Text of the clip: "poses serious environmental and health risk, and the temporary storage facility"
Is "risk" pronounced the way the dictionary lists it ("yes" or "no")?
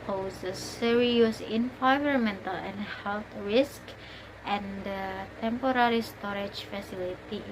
yes